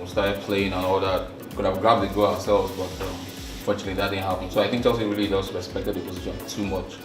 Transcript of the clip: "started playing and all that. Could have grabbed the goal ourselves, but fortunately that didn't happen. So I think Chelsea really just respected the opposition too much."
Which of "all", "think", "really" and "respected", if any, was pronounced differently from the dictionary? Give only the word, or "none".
none